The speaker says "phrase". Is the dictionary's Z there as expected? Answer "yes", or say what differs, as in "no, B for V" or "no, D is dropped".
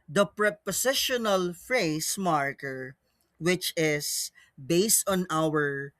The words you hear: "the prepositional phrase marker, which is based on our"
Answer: no, S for Z